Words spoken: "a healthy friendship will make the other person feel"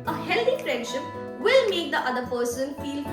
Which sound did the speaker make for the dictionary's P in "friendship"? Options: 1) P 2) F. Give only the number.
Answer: 1